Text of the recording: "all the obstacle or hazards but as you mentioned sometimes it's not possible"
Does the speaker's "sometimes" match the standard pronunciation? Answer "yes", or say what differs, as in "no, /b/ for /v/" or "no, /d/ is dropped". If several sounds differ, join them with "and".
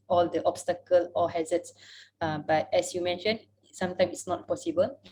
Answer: no, /z/ is dropped